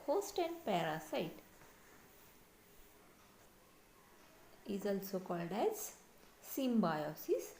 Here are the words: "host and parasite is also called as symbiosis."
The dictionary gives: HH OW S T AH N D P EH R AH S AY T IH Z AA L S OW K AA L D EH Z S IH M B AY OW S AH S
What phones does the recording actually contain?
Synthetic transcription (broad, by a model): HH OW S T AH N D P EH R AH S AY T IH Z AA L S OW K AA L D EH Z S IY M B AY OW S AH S